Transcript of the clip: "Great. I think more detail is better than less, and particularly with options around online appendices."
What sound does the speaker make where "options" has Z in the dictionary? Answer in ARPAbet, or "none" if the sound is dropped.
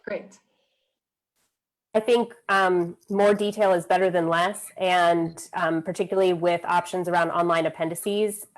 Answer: Z